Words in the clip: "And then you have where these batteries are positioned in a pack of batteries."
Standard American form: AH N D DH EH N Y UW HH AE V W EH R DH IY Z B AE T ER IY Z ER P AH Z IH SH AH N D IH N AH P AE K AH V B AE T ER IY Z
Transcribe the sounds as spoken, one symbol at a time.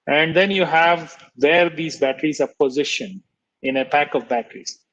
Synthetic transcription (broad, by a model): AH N D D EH N Y UW HH AE V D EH R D IY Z B AE T ER IY Z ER P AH Z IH SH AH N IH N AH P AE K AH V B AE T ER IY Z